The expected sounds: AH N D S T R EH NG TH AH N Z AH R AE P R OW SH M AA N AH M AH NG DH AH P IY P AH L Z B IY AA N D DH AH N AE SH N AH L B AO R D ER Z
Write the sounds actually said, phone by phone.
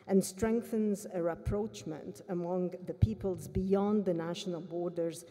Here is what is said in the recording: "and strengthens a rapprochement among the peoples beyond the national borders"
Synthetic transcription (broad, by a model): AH N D S T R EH NG TH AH N Z AH R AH P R OW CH M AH N AH M AH NG DH AH P IY P AH L Z B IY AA N D DH AH N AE SH N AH L B AO R D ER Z